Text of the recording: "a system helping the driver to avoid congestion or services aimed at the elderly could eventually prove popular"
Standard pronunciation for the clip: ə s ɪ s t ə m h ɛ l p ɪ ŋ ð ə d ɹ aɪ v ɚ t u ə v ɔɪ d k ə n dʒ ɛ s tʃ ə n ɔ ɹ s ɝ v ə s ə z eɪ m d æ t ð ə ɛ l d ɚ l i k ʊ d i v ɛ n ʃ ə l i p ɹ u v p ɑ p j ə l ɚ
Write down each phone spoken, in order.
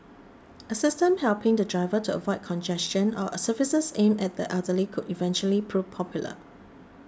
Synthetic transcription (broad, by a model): ə s ɪ s t ə m h ɛ l p ɪ ŋ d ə d ɹ aɪ v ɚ t u ə v ɔɪ d k ə n dʒ ɛ s tʃ ə n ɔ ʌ s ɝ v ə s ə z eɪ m ɛ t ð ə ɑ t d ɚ l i k ʊ d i v ɛ n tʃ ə l i p ɹ u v p ɑ p j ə l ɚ